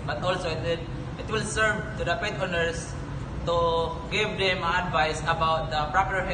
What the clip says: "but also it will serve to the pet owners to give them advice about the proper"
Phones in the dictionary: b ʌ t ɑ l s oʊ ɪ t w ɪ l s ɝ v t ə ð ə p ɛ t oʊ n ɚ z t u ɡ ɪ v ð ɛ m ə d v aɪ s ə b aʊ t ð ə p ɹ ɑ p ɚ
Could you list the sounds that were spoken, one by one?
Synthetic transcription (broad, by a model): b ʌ t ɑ l s oʊ ɪ t w ɪ l s ɝ v t ə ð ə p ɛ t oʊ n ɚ s t u ɡ ɪ v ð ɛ m ə d v aɪ s ə b aʊ t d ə p ɹ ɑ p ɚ